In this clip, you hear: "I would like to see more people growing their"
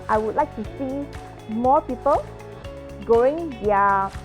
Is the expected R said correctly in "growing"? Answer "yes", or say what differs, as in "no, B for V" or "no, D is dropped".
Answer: no, R is dropped